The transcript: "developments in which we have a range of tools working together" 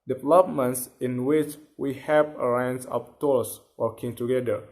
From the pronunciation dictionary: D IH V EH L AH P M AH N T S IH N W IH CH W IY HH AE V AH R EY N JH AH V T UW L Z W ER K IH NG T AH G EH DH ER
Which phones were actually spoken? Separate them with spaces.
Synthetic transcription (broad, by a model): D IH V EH L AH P M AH N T S IH N W IH CH W IY HH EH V AH R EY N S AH P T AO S W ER K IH NG T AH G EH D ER